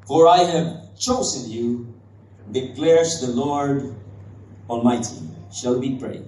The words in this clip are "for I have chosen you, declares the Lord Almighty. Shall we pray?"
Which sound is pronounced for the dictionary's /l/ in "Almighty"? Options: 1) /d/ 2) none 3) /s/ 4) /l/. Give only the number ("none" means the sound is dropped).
4